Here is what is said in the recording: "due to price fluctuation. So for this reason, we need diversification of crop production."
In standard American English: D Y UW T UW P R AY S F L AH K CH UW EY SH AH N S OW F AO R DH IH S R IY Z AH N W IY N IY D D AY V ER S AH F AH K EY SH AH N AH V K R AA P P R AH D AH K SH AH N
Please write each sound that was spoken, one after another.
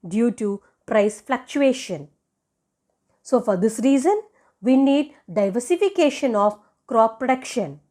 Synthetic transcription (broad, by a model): D Y UW T UW P R AY S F L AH K CH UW EY SH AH N S OW F AO R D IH S R IY Z AH N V IY N IY D D AY V ER S AH F AH K EY SH AH N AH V K R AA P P R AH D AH K SH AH N